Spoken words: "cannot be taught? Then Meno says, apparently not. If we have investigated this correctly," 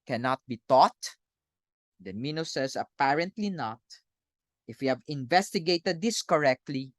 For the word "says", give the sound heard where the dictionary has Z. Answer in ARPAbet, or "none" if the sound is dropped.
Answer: S